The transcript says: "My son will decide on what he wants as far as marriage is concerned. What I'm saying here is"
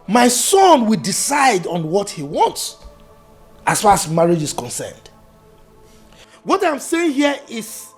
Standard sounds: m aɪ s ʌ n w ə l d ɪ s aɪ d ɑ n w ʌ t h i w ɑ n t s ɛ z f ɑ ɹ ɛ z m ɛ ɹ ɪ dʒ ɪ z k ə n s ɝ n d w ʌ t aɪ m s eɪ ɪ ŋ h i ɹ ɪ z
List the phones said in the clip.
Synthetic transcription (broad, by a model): m aɪ s ʌ n w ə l d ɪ s aɪ d ɑ n w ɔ t h i w ɑ n t s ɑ s f ɑ ɹ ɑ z m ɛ ɹ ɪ dʒ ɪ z k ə n s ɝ n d w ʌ t aɪ m s eɪ ɪ ŋ h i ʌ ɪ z